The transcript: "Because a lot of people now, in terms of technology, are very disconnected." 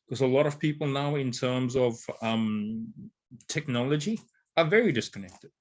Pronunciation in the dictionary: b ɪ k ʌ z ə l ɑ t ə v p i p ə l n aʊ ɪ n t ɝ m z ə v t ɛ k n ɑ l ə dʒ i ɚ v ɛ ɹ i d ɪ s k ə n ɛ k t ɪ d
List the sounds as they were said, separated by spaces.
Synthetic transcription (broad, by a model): k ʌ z ə l ɑ t ə v p i p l n aʊ ɪ n t ɝ m z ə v t ɛ k n ɑ l ə dʒ i ɚ v ɛ ɹ i d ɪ s k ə n ɛ k t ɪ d